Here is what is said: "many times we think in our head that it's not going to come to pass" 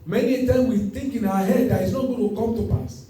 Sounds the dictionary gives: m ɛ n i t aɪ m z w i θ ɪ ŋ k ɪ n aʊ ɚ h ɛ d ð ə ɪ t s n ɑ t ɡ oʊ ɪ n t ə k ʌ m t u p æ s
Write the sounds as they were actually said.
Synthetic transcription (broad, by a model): m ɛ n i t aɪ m w i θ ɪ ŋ k ɪ n aʊ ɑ h ɛ d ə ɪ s n ɑ t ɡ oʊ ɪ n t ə k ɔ m t u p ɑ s